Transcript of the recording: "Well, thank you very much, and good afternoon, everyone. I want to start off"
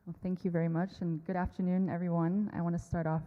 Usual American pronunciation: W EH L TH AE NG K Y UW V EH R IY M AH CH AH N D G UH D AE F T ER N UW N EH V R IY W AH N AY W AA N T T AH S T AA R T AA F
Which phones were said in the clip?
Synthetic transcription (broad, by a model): TH AE NG K Y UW V EH R IY M AH CH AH N G UH D AE F T ER N UW N EH V R IY W AH N AY W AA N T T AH S T AA R T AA F